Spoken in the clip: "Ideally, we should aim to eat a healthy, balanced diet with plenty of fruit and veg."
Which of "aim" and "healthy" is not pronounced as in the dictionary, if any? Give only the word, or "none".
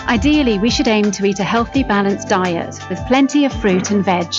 none